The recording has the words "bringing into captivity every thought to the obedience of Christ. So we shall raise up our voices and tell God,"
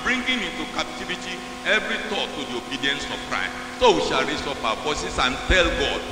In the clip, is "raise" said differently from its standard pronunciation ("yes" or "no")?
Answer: yes